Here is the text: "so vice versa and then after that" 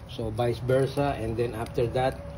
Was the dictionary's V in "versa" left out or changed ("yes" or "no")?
yes